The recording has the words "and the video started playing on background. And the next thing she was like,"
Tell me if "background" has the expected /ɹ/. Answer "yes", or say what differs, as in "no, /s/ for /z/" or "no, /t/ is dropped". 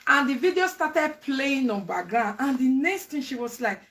no, /ɹ/ is dropped